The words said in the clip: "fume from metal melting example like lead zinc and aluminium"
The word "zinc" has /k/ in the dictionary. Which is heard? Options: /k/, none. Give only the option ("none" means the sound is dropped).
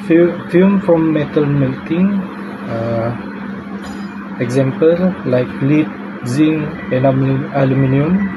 none